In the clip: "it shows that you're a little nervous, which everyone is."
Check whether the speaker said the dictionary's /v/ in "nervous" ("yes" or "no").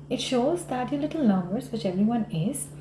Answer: no